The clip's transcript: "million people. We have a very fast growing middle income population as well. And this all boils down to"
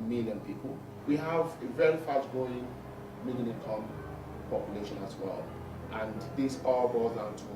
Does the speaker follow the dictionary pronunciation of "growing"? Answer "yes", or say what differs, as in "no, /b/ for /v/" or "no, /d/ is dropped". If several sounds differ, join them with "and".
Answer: no, /ɹ/ is dropped